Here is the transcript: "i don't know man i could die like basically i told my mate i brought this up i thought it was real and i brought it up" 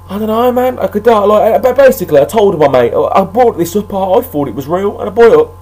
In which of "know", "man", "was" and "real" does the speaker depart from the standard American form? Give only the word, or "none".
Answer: none